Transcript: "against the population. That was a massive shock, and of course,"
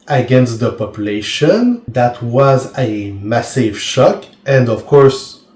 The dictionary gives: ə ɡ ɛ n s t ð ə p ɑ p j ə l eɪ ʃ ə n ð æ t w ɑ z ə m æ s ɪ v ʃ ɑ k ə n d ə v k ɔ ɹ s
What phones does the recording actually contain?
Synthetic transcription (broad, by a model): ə ɡ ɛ n s t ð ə p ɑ p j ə l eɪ ʃ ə n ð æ t w ɑ z ə m æ s ɪ v ʃ ɑ k ə n d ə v k ɔ ɹ s